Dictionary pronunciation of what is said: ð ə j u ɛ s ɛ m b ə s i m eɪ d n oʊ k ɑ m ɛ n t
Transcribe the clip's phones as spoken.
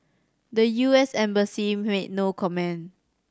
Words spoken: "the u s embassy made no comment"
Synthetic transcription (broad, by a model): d ə j u ɛ s ɛ m b ə s i m eɪ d n oʊ k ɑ m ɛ n